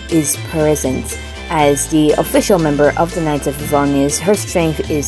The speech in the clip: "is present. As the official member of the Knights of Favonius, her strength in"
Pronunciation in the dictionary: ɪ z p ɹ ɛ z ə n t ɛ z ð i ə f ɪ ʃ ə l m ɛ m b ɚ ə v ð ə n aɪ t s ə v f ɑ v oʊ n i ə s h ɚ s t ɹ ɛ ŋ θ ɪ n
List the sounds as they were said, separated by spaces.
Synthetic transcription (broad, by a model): ɪ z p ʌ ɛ z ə n t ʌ z ð i ə f ɪ ʃ ə l m ɛ m b ɚ ə v ð ə n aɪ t ə v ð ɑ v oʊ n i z h ɚ s t ɹ ɛ ŋ θ ɪ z